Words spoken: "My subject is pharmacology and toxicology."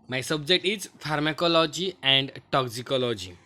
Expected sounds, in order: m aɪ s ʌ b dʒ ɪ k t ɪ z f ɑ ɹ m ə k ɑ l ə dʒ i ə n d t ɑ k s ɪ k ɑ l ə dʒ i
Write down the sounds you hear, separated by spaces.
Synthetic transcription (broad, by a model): m aɪ s ʌ b dʒ ɪ k t ɪ z f ɑ ɹ m ə k ɑ l ə dʒ i ə n d t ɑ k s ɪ k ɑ l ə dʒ i